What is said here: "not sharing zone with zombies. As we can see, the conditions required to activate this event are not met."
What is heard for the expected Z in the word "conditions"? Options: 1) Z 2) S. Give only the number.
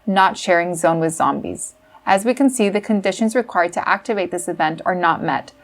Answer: 1